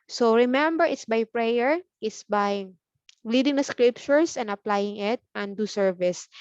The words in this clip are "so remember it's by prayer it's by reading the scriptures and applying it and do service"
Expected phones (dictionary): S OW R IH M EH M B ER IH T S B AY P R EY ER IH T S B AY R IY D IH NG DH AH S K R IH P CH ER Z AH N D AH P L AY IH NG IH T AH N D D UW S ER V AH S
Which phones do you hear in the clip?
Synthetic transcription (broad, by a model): S OW R IH M EH M B ER IH T S B AY P R EY ER IH T S B AY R IY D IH NG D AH S K R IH P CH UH S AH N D AH P L AY IH NG IH T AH N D D UW S ER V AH S